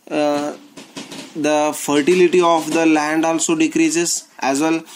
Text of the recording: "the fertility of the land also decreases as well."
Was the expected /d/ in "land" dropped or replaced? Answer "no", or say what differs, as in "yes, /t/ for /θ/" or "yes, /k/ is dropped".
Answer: no